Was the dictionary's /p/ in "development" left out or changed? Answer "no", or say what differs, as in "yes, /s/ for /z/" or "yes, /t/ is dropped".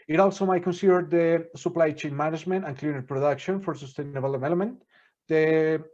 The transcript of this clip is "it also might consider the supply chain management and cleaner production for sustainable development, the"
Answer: yes, /p/ is dropped